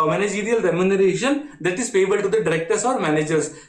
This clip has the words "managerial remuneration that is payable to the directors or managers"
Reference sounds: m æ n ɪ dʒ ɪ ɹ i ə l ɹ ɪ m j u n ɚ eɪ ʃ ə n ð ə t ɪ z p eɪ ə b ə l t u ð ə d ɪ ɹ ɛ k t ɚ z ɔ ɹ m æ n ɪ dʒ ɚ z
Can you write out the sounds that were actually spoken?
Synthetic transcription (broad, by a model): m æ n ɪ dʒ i ɹ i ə l ɹ ɪ m j u n ɚ eɪ ʃ ə n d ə t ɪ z f eɪ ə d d t u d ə d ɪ ɹ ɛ k t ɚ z ɔ ɹ m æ n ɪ dʒ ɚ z